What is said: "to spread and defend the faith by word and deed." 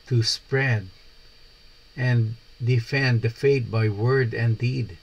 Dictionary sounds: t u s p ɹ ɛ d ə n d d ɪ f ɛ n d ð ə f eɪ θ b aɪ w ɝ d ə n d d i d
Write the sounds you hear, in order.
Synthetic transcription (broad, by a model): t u s p ɹ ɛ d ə n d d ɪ f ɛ n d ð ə f eɪ t b aɪ w ɝ d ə n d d i d